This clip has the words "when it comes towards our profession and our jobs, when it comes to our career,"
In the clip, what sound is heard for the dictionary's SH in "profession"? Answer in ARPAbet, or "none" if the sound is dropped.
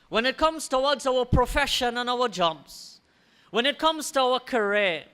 SH